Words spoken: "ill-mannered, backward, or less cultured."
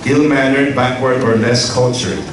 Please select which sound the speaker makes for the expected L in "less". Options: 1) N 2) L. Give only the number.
1